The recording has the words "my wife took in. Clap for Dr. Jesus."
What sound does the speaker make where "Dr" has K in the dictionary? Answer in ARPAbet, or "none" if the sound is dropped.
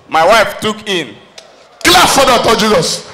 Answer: none